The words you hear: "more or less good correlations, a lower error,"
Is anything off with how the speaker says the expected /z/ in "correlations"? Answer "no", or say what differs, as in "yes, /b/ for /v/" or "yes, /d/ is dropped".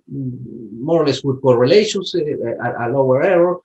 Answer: yes, /s/ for /z/